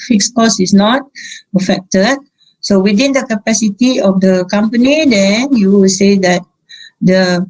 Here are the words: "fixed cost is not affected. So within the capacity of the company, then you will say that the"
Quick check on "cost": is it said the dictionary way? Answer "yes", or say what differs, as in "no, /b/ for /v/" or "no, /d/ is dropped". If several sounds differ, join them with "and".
no, /t/ is dropped